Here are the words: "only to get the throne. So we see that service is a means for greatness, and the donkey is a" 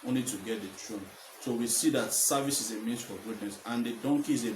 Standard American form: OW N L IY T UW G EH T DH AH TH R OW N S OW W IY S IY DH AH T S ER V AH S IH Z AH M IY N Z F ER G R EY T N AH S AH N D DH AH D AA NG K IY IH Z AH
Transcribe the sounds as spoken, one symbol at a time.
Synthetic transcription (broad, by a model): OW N L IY T UW G EH T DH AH T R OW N S OW W IY S IY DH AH T S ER V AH S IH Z AH M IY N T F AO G UW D N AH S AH N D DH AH D AA NG K IY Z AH